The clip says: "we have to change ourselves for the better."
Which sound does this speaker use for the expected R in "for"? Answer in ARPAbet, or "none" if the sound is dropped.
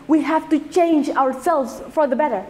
R